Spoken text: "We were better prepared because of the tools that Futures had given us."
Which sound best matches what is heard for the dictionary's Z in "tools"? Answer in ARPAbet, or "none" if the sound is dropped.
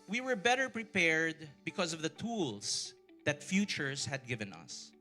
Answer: S